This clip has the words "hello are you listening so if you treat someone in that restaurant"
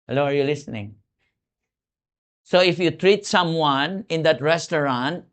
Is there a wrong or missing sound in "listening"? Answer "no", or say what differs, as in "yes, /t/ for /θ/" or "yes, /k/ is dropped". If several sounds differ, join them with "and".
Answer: no